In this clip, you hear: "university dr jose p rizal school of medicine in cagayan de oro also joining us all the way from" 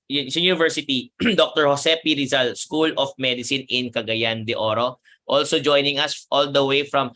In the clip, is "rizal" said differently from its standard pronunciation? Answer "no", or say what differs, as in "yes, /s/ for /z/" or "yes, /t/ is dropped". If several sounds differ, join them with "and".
no